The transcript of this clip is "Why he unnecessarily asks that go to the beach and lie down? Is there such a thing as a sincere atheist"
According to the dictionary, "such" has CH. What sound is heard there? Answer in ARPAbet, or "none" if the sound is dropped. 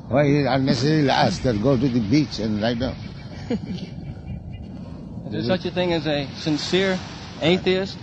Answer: CH